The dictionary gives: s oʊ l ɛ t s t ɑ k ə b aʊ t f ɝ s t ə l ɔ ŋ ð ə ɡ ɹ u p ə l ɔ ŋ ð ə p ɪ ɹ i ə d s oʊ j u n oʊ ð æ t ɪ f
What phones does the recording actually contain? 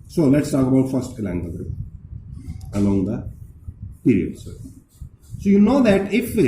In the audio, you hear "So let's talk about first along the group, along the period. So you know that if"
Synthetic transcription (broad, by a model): s oʊ l ɛ t s t ɑ k ə b aʊ t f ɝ s t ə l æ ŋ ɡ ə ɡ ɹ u ə l ɔ ŋ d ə p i ɹ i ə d s oʊ j u n oʊ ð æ t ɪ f